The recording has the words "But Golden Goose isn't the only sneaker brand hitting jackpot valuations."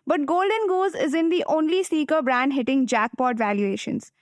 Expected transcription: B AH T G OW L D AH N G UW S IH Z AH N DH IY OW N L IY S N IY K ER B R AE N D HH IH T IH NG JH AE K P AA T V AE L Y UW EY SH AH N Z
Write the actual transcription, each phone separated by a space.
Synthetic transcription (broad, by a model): B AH T G OW L D AH N G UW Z IH Z AH N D IY OW N L IY S IY K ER B R AE N D HH IH T IH NG JH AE K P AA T V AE L Y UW EY SH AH N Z